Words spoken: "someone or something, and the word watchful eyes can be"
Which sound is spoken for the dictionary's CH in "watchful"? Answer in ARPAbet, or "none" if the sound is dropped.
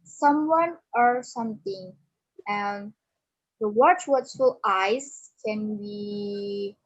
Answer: S